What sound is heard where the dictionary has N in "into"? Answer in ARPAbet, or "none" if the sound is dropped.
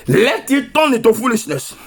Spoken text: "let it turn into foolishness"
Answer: none